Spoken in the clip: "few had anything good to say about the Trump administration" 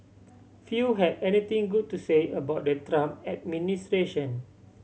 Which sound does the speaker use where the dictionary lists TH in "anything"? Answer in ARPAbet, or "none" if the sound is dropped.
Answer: T